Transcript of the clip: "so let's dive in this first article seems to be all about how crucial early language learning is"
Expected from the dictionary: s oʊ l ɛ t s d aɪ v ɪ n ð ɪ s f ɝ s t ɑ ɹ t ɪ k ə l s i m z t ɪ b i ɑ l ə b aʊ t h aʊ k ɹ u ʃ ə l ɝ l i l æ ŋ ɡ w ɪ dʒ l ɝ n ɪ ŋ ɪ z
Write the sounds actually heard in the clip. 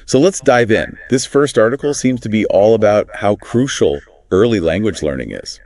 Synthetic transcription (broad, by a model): s oʊ l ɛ t s d aɪ v ɪ n ð ɪ s f ɝ s t ɑ ɹ t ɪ k l s i m z t ɪ b i ɑ l ə b aʊ t h aʊ k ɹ u ʃ l ɝ l i l æ ŋ ɡ w ɪ dʒ l ɝ n ɪ ŋ ɪ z